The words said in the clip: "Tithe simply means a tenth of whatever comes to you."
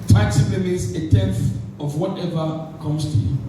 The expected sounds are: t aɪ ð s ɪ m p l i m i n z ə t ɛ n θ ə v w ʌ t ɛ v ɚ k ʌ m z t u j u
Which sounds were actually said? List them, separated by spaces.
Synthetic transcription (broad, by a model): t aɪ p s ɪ p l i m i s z ə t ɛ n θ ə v w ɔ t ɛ v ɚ k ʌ m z t u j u